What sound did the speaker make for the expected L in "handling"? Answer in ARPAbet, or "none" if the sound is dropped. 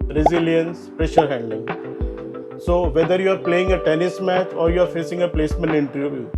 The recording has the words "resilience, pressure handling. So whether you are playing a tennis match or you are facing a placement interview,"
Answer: none